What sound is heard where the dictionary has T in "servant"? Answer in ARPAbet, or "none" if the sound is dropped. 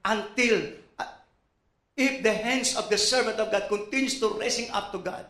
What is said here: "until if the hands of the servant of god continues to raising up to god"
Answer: T